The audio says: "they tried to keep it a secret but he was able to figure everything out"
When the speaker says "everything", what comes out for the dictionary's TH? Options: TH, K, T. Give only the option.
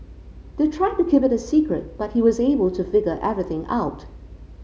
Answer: TH